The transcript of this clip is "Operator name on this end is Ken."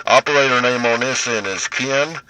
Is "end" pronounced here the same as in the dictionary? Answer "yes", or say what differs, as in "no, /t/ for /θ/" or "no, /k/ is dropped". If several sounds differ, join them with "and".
no, /d/ is dropped